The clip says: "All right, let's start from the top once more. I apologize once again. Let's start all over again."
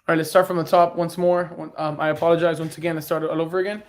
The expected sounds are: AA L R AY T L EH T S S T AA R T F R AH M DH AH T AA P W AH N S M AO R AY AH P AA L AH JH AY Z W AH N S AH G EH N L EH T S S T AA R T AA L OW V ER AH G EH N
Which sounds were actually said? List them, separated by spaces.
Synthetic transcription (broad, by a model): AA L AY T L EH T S S T AA R T F R AH M DH AH T AA P W AH N S M AO R AY AH P AA L AH JH AY Z W AH N S AH G EH N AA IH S S T AA R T AA L OW V ER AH G EH N